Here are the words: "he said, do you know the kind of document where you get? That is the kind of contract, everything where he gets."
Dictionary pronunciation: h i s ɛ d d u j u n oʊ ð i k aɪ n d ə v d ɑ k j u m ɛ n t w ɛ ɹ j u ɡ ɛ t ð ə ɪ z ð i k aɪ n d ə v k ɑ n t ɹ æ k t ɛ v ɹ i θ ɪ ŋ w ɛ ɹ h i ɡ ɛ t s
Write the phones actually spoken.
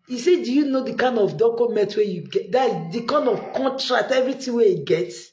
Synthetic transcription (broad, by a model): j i s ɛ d d u j u n oʊ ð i k aɪ n d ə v d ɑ k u m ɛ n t w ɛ j u ɡ ɛ t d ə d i k aɪ n d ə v k ɑ n t ɹ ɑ k t ɛ v ɹ i t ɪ w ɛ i ɡ ɛ t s